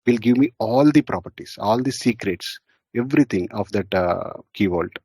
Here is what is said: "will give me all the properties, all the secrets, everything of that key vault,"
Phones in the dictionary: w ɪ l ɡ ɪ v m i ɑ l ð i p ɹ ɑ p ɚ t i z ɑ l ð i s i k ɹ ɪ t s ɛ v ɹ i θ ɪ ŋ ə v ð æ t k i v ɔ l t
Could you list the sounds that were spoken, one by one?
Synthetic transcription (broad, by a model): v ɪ l ɡ ɪ v m i ɑ l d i p ɹ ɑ p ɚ t i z ɑ l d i s i k ɹ ɪ t s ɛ v ɹ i t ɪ ŋ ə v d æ t k i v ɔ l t